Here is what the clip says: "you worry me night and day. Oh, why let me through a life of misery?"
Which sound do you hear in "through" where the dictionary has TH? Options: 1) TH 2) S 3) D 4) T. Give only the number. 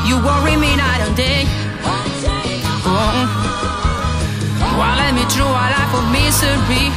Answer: 4